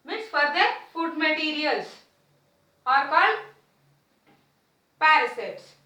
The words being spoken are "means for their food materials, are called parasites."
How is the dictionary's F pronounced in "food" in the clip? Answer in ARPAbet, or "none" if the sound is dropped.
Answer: F